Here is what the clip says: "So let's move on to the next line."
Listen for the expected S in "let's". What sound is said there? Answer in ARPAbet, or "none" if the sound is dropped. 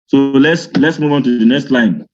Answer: S